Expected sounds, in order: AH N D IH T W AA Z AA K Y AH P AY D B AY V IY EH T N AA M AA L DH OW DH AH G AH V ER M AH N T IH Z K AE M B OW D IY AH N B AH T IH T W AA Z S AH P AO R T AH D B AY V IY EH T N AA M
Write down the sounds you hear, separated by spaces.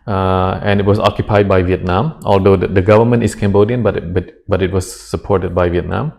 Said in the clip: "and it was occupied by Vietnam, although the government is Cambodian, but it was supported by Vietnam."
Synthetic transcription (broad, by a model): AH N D IH T W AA S AA K Y AH P AY D B AY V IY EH T N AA M AA L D OW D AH G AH V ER M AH N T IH S K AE M B OW D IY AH N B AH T IH T W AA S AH P AO R T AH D B AY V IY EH T N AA M